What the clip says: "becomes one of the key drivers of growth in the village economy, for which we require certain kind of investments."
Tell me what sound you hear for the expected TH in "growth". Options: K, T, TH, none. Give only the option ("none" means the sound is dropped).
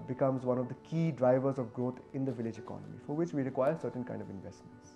T